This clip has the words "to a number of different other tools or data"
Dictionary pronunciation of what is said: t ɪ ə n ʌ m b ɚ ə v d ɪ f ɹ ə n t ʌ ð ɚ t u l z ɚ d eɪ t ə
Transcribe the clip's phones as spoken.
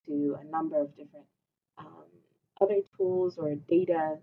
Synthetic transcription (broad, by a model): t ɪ ə n ʌ m b ɚ ə v d ɪ f ɹ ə n t ʌ ð ɚ t u l z ɚ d eɪ t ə